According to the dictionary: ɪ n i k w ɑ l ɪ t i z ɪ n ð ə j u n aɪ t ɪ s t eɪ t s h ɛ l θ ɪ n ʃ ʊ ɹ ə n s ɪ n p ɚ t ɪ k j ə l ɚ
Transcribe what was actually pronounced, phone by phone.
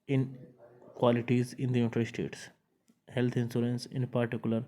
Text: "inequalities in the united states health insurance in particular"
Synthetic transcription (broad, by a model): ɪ n k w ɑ l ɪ t i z ɪ n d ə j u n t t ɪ s t eɪ t s h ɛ l t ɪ n s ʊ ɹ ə n s ɪ n p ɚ t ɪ k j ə l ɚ